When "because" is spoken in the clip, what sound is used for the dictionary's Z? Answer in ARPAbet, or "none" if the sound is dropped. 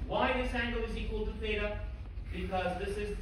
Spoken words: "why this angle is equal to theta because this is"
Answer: Z